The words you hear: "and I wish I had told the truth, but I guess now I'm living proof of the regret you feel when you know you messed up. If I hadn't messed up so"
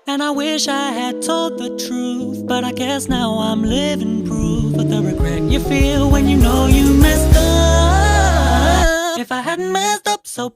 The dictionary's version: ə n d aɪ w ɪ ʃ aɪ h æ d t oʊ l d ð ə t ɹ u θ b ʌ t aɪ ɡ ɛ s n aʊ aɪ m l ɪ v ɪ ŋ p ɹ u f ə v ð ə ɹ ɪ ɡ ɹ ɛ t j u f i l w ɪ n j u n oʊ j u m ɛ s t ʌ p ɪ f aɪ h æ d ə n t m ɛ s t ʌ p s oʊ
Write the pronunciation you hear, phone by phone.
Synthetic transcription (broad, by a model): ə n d aɪ w ɪ ʃ aɪ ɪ d t oʊ l d ð ə t ɹ u θ b ʌ t aɪ ɡ ɛ s n aʊ aɪ m l ɪ v ɪ ŋ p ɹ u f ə ð ə ɹ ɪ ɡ ɹ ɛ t j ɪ f i l w ɪ n j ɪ n oʊ j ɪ m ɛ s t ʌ ɪ f aɪ h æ d n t m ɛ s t ʌ p s oʊ